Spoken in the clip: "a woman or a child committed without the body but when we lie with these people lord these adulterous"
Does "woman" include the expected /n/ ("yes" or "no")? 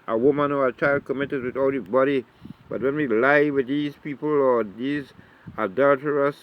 yes